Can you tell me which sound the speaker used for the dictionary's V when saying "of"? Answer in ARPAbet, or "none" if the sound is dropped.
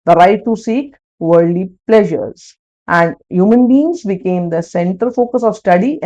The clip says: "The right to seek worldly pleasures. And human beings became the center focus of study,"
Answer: V